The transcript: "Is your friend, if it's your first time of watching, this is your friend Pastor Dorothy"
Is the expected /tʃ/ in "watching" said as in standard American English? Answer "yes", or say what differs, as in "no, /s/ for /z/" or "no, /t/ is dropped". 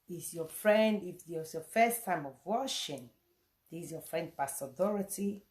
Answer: no, /ʃ/ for /tʃ/